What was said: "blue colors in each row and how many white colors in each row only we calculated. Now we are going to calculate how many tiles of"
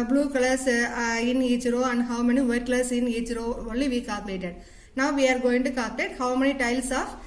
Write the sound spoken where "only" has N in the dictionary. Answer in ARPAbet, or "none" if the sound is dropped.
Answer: none